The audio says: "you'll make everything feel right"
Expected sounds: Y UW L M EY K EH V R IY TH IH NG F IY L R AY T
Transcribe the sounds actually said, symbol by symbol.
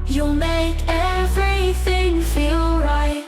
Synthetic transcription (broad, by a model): Y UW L M EY K EH V R IY TH IH NG F IY L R AY T